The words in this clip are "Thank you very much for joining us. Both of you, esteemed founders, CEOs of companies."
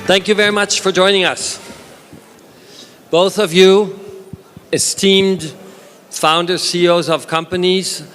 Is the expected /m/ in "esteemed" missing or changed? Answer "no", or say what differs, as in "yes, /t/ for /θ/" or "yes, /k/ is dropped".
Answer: no